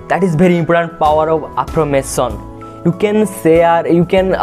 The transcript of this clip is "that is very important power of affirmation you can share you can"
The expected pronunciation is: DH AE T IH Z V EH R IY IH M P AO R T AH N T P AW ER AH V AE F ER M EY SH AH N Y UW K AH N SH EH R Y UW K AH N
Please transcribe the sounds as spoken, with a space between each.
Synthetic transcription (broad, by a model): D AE T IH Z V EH R IY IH M P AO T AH N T P AW ER AH V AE P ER M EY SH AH N Y UW K AH N S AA R Y UW K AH N